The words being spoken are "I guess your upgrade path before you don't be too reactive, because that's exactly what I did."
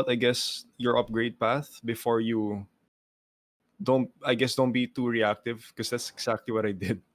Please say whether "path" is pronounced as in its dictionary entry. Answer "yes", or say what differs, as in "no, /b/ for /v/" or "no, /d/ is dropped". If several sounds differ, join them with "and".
yes